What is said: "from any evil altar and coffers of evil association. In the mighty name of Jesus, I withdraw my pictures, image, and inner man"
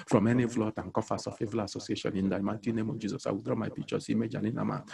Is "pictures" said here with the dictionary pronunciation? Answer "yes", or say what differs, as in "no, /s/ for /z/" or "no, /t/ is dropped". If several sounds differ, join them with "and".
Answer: no, /s/ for /z/